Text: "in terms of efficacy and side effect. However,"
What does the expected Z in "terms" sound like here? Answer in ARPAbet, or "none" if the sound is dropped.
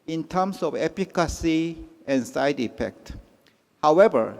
S